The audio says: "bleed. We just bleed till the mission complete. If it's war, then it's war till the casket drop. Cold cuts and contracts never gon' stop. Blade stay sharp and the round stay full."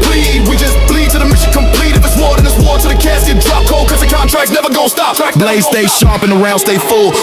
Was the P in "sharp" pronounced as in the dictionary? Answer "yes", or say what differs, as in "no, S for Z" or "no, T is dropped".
yes